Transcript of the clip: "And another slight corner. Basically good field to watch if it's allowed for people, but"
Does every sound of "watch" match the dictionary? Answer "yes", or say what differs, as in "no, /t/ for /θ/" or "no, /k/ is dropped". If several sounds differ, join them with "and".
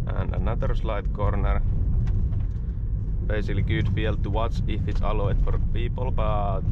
no, /s/ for /tʃ/